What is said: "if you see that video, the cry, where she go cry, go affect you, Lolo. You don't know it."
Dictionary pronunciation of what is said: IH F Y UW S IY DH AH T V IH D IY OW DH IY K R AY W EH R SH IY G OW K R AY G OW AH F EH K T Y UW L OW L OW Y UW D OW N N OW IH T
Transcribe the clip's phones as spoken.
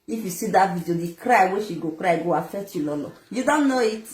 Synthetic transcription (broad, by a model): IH F Y UW S IY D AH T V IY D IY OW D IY K R AY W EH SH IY G OW K R AY G OW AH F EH T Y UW L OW L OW Y UW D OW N N OW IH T